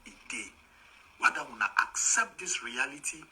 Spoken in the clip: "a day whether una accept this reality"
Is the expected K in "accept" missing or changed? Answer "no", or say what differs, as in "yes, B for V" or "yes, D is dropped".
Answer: no